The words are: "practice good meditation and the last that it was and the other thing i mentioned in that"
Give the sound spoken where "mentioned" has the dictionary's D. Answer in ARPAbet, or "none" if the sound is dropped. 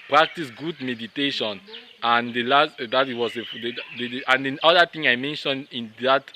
D